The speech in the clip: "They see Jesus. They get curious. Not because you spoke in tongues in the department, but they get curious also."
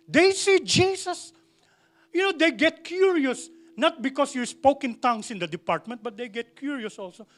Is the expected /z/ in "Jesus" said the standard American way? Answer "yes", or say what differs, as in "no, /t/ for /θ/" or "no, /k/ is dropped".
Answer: no, /s/ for /z/